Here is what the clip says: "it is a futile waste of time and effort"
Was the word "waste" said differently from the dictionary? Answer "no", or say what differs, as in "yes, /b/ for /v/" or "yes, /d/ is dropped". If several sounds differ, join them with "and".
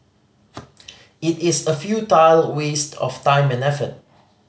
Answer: no